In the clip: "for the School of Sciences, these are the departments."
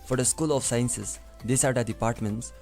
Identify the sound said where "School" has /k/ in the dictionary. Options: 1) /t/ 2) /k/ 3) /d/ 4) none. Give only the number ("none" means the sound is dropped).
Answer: 2